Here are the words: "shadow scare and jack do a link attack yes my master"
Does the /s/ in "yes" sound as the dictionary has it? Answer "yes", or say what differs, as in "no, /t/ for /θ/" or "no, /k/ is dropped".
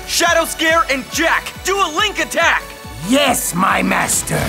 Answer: yes